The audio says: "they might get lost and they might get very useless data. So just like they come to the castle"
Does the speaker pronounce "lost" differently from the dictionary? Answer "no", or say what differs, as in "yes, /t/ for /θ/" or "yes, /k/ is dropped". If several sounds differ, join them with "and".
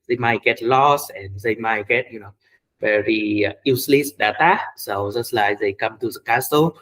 yes, /t/ is dropped